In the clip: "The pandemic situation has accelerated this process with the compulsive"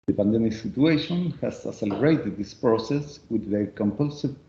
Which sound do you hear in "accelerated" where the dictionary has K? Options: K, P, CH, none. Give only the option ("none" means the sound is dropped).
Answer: none